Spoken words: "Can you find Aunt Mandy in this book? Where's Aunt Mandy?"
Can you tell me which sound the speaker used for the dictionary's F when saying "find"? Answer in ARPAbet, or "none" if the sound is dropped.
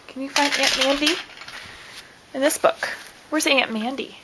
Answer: F